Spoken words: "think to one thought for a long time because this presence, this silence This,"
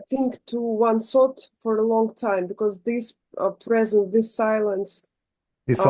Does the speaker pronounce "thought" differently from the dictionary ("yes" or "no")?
yes